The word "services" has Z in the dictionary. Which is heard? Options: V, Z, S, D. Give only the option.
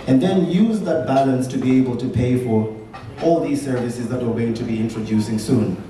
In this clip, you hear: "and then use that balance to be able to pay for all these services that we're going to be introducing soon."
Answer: Z